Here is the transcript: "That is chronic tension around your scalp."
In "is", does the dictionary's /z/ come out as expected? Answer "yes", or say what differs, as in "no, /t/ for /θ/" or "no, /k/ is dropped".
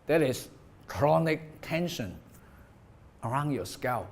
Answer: no, /s/ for /z/